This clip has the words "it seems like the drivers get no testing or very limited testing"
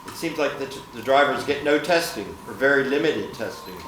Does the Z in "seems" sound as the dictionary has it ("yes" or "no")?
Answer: yes